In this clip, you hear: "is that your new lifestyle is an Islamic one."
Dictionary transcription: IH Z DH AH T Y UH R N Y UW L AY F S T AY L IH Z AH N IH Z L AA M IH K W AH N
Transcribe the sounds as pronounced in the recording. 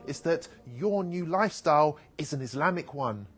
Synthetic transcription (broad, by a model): IH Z DH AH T Y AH N Y UW L AY F S T AY L IH Z AH N IH Z L AA M IH K W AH N